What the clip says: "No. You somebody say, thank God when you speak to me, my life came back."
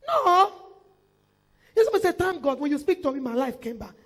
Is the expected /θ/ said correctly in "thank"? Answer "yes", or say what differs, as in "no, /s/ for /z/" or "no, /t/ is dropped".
no, /t/ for /θ/